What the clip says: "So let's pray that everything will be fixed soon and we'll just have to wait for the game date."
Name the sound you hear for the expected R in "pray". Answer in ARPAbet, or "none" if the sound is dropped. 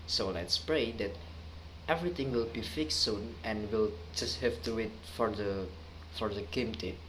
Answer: R